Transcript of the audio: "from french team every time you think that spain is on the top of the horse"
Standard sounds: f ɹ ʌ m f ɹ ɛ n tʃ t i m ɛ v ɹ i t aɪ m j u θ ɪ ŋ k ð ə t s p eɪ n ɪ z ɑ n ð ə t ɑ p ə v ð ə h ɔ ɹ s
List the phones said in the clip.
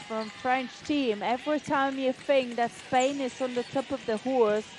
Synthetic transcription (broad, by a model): f ɹ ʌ m f ɹ ɛ n tʃ t i m ɛ v ɹ i t aɪ m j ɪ f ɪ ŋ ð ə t s p eɪ n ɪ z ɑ n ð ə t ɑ p ə v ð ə h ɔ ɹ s